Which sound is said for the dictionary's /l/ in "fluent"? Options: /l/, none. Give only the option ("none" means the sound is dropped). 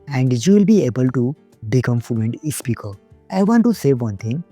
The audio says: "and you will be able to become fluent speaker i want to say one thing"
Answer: none